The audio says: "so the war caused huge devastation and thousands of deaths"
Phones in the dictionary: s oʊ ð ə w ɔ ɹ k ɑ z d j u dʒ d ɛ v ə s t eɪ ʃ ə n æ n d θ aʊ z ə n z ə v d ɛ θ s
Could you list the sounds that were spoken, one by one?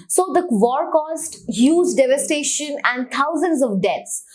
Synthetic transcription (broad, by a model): s oʊ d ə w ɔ ɹ k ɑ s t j u z d ɛ v ə s t eɪ ʃ ə n æ n d t aʊ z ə n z ə v d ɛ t s